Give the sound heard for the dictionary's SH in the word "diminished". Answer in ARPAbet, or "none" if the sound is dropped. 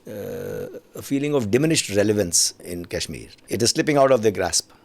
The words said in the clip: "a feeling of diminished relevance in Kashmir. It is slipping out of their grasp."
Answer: SH